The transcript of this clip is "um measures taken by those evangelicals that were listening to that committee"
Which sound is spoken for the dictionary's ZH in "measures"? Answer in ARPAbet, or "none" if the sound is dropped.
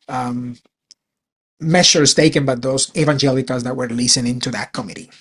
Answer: S